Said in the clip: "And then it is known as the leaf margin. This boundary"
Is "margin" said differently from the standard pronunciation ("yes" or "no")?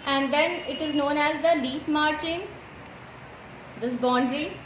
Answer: yes